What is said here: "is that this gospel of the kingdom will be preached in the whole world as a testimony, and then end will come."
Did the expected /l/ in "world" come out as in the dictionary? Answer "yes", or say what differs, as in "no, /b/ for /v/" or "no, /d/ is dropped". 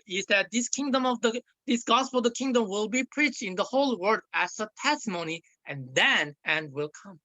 no, /l/ is dropped